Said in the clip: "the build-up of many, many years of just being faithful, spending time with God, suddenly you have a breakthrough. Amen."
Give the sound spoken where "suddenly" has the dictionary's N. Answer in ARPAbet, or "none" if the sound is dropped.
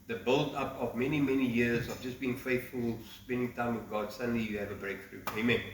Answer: N